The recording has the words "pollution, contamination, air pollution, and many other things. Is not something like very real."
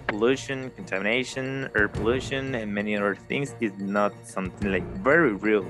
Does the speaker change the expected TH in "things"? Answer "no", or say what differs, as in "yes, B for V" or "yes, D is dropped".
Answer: no